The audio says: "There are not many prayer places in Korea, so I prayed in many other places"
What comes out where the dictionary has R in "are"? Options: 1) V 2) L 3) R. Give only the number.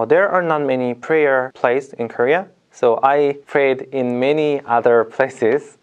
3